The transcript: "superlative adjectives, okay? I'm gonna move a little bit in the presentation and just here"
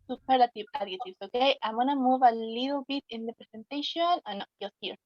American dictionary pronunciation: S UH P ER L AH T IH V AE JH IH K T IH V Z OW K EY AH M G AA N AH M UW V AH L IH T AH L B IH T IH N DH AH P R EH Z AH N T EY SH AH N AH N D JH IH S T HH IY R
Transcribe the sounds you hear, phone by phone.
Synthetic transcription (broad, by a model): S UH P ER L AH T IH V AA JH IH T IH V S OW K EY AH M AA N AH M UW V AH L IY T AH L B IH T IH N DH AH P R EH S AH N T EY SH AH N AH N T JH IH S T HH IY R